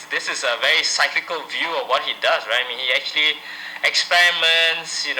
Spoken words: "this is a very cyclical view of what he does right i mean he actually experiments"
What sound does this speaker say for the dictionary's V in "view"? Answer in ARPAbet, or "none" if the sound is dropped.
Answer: V